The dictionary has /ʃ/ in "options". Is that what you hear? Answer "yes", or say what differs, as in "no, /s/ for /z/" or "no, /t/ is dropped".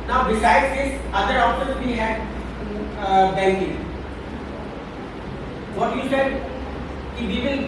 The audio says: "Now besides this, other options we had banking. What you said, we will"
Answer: no, /s/ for /ʃ/